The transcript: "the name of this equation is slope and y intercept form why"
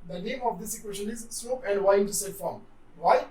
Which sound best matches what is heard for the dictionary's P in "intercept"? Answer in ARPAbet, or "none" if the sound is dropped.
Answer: none